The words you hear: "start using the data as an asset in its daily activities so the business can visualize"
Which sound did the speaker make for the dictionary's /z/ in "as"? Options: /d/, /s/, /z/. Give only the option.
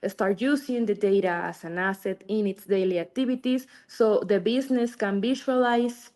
/s/